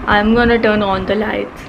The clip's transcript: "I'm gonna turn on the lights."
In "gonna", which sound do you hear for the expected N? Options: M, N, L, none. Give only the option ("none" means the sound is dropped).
N